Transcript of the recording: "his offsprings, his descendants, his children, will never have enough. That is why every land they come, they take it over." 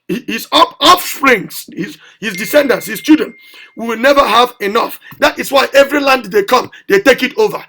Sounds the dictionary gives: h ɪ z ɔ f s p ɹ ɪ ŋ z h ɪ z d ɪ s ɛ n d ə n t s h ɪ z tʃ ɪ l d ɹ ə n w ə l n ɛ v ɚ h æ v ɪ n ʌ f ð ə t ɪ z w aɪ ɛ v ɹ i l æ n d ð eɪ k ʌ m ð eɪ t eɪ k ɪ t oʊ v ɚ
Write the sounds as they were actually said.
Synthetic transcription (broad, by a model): h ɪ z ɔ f s p ɹ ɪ ŋ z h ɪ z d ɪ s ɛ n d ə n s h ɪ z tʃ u d ə n w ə w n ɛ v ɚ h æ v ɪ n ʌ f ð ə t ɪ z w aɪ ɛ v ɹ i l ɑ n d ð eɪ k ʌ m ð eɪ t eɪ k ɪ t oʊ v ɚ